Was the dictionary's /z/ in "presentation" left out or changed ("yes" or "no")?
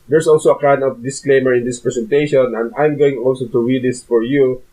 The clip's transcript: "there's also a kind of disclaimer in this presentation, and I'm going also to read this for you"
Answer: yes